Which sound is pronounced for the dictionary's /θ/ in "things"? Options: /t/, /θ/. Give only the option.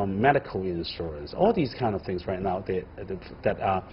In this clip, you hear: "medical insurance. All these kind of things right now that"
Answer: /θ/